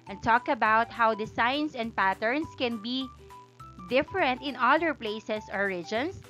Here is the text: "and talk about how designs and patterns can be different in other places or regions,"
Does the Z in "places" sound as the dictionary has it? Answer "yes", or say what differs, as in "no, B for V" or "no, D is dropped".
no, S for Z